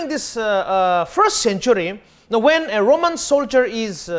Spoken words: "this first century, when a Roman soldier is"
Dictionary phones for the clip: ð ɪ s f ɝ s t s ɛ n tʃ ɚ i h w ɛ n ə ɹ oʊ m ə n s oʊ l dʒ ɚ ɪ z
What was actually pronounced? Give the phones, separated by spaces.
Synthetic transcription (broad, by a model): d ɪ s f ɝ s t s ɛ n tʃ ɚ i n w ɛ n ə ɹ oʊ m ə n s oʊ l dʒ ɚ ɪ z